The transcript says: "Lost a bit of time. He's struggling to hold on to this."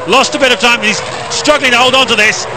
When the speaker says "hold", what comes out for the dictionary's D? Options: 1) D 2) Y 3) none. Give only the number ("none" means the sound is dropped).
1